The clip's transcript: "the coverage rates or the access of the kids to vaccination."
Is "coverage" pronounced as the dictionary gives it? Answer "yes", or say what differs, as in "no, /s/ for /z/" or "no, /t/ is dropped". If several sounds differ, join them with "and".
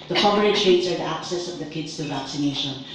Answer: no, /tʃ/ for /dʒ/